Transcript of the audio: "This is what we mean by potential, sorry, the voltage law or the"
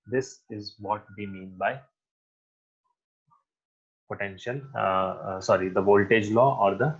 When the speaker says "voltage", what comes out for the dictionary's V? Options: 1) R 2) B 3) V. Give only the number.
3